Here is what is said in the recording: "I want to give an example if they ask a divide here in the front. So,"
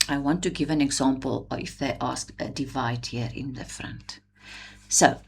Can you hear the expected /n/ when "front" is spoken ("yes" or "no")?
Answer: yes